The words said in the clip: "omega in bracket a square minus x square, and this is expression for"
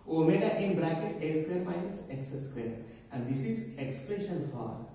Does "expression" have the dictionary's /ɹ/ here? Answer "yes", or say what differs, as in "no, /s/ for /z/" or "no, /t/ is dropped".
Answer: no, /l/ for /ɹ/